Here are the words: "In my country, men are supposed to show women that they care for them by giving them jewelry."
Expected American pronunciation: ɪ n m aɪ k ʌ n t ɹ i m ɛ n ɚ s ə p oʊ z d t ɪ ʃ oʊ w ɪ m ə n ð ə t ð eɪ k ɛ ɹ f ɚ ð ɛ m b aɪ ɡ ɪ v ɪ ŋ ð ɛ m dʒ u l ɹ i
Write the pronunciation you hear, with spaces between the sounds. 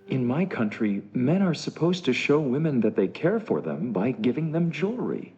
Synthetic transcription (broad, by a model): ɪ n m aɪ k ʌ n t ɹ i m ɛ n ɚ s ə p oʊ z t ɪ ʃ oʊ w ɪ m ə n ð ə t ð eɪ k ɛ ɹ f ɚ ð ɛ m b aɪ ɡ ɪ v ɪ ŋ ð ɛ m dʒ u l ɹ i